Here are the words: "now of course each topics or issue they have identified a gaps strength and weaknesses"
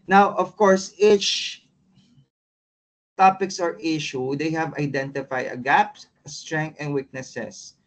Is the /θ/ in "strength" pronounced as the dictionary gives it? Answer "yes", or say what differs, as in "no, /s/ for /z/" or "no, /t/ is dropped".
no, /t/ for /θ/